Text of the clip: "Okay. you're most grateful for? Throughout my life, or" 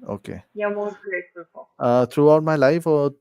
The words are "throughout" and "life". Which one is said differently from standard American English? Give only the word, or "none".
throughout